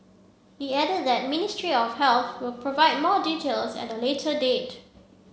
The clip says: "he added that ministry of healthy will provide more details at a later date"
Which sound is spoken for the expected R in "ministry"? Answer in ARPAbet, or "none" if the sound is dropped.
R